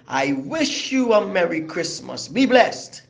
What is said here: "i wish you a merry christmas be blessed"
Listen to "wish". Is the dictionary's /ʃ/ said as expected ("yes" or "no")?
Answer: yes